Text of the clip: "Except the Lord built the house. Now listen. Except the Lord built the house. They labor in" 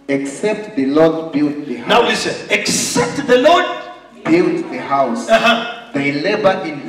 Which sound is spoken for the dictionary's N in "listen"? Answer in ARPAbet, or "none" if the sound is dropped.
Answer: none